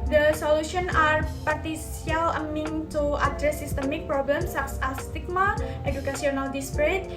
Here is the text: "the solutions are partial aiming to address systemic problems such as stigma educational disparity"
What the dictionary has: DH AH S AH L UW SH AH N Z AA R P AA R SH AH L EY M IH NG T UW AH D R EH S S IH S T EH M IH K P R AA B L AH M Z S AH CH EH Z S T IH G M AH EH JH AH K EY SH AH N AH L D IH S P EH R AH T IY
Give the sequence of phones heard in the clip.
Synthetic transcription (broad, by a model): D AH S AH L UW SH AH N AA R P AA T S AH L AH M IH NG T UW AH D R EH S S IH S T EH M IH K P R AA B L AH M S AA S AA S T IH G M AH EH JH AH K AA S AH N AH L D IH S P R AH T